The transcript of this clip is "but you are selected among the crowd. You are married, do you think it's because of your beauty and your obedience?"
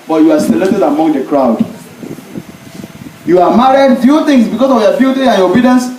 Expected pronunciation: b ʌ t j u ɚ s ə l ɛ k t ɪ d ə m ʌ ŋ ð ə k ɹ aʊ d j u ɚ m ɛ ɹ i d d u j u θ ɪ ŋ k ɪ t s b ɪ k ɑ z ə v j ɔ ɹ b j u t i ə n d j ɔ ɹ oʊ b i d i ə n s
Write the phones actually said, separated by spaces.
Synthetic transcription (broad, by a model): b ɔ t j u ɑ s ə l ɛ k t ɪ d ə m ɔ ŋ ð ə k ɹ aʊ d j u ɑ m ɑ ɹ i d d j u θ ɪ ŋ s b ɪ k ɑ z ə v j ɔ b j u t i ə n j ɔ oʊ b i d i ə n s